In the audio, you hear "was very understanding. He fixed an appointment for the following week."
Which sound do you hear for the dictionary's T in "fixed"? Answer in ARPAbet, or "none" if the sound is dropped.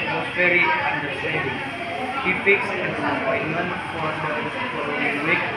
none